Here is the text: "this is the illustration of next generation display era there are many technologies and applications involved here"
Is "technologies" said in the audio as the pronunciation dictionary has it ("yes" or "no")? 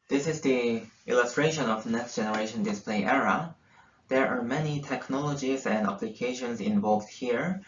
yes